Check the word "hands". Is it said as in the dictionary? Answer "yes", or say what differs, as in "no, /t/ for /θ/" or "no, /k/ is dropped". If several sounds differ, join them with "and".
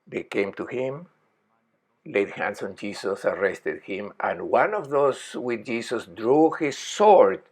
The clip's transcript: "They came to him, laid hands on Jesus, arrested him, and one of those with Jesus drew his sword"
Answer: no, /s/ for /z/